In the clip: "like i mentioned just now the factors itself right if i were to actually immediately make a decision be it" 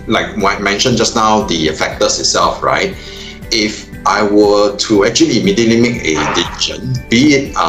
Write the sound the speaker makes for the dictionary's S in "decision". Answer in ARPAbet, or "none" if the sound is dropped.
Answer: none